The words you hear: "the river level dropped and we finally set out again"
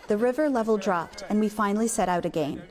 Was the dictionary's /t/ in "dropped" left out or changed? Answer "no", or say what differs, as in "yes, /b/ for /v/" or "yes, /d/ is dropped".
no